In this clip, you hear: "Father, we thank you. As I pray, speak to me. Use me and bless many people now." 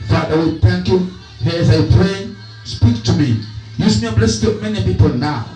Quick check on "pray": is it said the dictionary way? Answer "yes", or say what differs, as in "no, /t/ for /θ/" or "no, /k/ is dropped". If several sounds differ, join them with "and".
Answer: yes